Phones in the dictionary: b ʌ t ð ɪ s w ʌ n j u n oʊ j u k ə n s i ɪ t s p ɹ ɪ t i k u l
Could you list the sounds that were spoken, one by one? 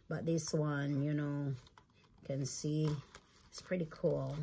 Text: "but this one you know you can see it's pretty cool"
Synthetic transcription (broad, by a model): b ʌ t ð ɪ s w ʌ n j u n oʊ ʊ k ə n s i ɪ t s p ɹ ɪ t i k u l